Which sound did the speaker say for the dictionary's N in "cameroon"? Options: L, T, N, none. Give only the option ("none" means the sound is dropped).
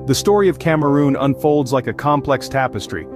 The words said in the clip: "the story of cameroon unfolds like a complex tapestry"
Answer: N